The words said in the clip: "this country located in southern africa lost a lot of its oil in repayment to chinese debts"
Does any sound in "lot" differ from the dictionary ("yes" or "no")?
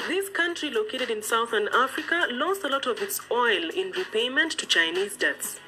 no